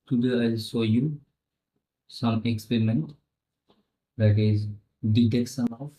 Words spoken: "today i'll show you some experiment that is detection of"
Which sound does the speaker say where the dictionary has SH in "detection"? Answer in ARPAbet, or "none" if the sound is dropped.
S